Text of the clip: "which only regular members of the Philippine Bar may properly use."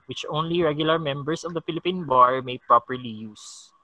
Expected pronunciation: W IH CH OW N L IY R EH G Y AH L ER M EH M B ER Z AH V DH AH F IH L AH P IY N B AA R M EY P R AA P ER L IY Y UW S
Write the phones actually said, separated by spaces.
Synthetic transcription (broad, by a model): W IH CH OW N L IY R EH G Y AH L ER M EH M B ER S AH V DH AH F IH L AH P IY N B AA R M EY P R AA P ER L IY Y UW S